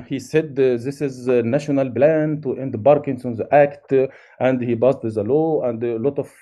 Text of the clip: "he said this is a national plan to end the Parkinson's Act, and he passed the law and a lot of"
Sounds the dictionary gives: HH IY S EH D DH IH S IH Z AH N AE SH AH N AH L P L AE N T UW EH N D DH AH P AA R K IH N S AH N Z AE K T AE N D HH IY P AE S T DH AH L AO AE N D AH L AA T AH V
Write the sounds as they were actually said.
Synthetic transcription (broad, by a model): HH IY S EH D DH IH S IH Z N AE SH AH N AH L B L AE N T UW EH N D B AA R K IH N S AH N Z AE K T AE N D HH IY B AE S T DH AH L AO AE N D L AA T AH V